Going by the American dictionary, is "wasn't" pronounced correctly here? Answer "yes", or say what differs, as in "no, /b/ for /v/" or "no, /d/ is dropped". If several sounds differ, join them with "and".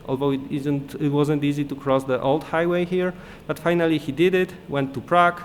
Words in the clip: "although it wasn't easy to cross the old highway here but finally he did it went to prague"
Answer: yes